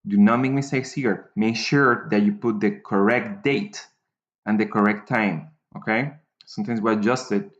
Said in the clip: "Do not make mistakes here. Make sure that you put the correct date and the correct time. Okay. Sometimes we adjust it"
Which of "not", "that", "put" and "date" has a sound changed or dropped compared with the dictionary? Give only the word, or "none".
none